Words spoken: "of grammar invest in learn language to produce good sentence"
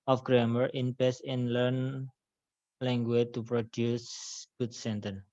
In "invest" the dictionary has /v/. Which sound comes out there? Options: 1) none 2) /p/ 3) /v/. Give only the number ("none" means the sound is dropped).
2